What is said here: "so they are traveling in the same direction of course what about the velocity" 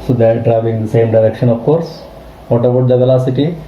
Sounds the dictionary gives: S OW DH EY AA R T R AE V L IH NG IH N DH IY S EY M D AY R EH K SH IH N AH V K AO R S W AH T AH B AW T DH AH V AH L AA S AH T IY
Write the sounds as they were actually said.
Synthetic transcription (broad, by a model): S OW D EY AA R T R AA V IH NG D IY S EY M D AY R EH K SH IH N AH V K AO R S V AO T AH B AW T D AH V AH L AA S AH T IY